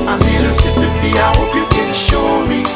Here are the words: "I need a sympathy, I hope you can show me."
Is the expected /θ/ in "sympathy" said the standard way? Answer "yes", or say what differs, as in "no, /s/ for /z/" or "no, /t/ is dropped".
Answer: no, /f/ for /θ/